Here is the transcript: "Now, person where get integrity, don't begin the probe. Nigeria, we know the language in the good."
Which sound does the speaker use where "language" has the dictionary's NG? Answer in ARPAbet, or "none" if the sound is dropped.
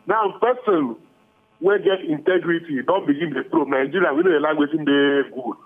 none